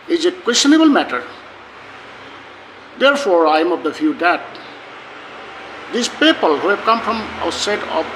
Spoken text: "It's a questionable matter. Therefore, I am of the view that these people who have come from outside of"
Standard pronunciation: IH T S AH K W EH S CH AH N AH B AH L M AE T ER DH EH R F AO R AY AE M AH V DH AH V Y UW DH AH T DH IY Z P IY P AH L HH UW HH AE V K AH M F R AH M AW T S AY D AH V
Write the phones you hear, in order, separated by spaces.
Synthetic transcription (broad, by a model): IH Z AH K W EH S CH AH N AH B AH L M AE T ER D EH R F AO R AY M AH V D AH F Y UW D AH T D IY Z P IY P AH L HH UW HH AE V K AH M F R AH M AW T S AY D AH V